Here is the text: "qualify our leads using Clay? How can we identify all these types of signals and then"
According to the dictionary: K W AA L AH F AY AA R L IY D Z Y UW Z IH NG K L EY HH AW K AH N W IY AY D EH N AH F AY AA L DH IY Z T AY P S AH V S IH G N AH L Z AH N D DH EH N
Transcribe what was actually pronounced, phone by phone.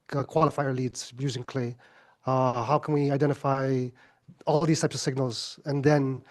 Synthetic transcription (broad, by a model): K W AA L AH F AY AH R L IY D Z Y UW Z IH NG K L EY HH AW K AH N W IY AY D EH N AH F AY AA L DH IY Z T AY P S AH V S IH G N AH L Z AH N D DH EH N